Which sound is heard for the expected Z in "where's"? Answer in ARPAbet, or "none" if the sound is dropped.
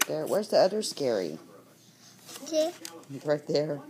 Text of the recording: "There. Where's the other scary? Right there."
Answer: Z